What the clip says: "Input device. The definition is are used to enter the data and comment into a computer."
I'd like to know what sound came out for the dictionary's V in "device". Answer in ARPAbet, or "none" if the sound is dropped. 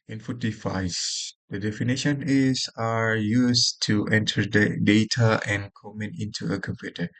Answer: F